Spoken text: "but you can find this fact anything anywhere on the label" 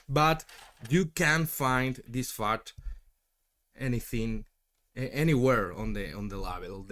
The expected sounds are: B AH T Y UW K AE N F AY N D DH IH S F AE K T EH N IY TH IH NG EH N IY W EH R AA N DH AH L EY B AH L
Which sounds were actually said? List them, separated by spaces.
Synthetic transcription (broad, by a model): B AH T Y UW K AE N F AY N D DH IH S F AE T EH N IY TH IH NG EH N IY W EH R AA N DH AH L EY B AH L